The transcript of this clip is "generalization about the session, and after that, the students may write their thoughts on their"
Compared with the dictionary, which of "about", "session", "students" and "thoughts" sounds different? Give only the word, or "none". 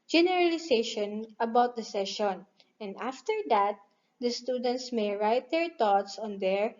thoughts